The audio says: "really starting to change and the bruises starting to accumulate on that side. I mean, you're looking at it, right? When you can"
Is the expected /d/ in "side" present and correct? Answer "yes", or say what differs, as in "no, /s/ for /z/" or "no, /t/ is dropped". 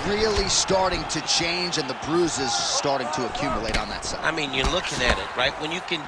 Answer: no, /d/ is dropped